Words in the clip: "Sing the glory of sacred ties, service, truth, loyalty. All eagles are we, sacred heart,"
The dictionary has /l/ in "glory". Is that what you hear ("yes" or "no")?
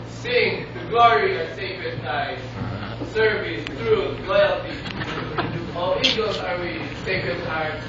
yes